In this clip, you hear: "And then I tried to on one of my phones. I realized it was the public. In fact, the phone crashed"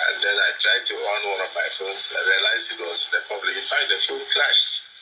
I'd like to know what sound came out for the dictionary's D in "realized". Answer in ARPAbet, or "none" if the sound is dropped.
none